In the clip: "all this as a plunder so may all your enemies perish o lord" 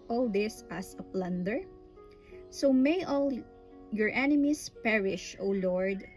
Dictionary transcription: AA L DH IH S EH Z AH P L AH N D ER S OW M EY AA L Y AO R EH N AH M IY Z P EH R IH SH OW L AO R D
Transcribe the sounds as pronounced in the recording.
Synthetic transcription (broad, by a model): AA L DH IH S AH S AH P L AH N D ER S OW M EY AA L Y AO R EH N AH M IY S P EH R IH SH OW L AO R D